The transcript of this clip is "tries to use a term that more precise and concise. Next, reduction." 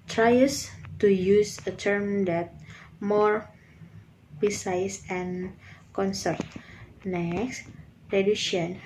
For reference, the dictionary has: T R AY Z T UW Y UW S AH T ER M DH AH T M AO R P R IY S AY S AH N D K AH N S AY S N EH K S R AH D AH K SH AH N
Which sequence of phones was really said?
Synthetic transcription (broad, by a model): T R AY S T UW Y UW S AH T ER M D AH T M AO R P IY S AY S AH N K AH N S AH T N EH K S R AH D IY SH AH N